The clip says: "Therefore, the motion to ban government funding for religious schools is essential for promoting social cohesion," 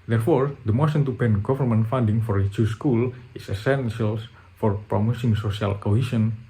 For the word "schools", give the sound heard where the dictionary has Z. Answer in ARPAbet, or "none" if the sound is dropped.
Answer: none